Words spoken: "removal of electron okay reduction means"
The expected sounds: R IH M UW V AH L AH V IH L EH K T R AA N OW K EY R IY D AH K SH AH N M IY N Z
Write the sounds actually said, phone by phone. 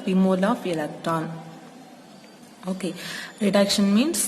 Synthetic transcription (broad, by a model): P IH M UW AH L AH F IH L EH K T AA N OW K EY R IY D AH K SH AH N M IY N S